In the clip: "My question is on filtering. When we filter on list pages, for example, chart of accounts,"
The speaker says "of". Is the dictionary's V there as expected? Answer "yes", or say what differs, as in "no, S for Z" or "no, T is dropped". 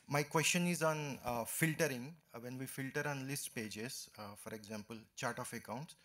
no, F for V